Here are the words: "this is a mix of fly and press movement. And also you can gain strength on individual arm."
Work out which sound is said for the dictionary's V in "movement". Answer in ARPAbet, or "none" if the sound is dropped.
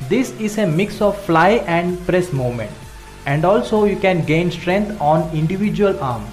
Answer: none